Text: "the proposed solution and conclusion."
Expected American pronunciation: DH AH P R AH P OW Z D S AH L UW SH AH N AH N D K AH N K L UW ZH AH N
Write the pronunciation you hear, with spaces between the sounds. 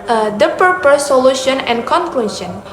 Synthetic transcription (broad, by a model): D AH P AH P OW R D S AH L UW SH AH N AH N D K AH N K L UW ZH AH N